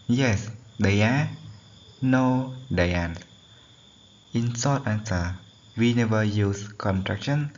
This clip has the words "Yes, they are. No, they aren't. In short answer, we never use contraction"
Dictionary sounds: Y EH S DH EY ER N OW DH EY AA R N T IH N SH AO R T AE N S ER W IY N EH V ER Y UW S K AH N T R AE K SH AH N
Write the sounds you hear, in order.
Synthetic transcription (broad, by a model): Y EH S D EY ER N OW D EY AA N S IH N S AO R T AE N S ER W IY N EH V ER Y UW S K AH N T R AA K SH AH N